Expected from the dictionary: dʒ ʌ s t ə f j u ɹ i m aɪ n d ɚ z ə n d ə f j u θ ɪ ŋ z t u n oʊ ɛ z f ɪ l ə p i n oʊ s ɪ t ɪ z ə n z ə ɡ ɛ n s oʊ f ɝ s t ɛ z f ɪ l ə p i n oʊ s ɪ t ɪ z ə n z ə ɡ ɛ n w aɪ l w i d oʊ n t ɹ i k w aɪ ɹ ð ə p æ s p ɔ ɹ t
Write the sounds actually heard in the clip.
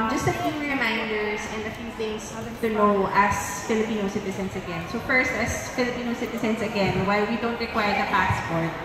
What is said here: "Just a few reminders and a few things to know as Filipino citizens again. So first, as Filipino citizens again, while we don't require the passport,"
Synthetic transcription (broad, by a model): dʒ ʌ s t ə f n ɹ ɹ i m aɪ n d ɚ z ə n d ə f j u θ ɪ ŋ s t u n oʊ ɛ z f ɪ l ə p i n oʊ s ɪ t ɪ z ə n s ə ɡ ɛ n s oʊ f ɝ s t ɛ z f ɪ l ə p i n oʊ s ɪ t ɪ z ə n s ə ɡ ɛ n w aɪ l w i d oʊ n t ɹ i k w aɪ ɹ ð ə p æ s p ɔ ɹ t